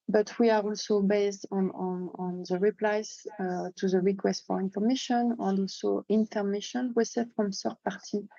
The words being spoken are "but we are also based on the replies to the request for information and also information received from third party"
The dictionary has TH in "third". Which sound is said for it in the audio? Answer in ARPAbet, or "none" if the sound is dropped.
S